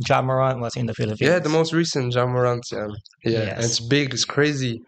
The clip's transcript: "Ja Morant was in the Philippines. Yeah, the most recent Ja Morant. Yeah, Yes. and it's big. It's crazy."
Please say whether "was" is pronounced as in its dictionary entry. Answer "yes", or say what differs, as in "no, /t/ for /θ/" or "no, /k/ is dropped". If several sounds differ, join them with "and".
no, /s/ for /z/